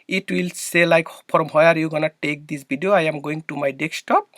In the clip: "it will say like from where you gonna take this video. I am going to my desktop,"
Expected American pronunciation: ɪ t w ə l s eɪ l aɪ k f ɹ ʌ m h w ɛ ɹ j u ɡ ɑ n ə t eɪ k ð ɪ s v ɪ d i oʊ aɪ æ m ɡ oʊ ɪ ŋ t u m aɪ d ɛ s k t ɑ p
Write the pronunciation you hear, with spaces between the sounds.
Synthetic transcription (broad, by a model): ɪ t w ə l s eɪ l aɪ k p ɹ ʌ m h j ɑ ɹ j u ɡ ɑ n ə t eɪ k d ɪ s b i d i oʊ aɪ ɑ m ɡ oʊ ɪ ŋ t u m aɪ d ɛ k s t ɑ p